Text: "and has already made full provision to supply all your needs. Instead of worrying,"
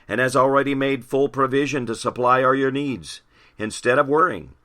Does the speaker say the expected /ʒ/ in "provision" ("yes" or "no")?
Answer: yes